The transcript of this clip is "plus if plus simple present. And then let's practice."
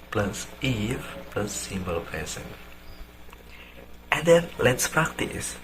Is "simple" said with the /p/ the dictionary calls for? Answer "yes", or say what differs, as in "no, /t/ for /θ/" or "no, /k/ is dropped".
no, /b/ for /p/